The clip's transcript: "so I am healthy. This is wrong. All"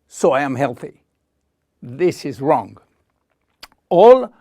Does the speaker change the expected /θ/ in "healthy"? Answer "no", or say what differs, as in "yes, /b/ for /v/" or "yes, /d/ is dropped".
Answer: no